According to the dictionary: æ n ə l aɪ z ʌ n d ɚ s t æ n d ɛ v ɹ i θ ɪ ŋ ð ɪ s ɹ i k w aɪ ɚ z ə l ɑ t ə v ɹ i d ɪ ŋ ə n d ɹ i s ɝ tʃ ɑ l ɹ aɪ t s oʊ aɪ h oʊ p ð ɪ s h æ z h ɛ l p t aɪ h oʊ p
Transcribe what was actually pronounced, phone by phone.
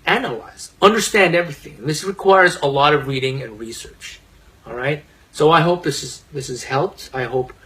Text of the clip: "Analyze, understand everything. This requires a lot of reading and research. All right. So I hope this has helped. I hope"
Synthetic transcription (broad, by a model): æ n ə l aɪ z ʌ n d ɚ s t æ n d ɛ v ɹ i θ ɪ ŋ ð ɪ s ɹ i k w aɪ ɚ z ə l ɑ t ə v ɹ i d ɪ ŋ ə n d ɹ i s ɝ tʃ ɑ l ɹ aɪ t s oʊ aɪ h oʊ p ð ɪ s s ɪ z h ɛ l p t aɪ h oʊ p